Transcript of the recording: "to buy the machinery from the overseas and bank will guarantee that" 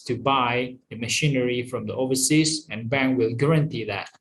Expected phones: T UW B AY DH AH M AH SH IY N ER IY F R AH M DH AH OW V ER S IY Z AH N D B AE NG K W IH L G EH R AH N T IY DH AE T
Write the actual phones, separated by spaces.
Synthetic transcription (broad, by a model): T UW B AY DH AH M AH SH IY N ER IY F R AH M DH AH OW V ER S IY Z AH N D B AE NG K W IH L G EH R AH N T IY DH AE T